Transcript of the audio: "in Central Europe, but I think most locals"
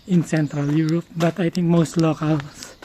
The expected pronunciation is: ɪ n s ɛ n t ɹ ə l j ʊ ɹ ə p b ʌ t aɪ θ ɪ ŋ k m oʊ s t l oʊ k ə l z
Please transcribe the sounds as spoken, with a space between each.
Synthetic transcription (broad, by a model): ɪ n s ɛ n t ɹ ə l j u ɹ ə p b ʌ t aɪ t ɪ ŋ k m oʊ s t l oʊ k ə l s